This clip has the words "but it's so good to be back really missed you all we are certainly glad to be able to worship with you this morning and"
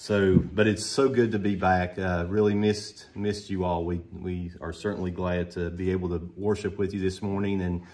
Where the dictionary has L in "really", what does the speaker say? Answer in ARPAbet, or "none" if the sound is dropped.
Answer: L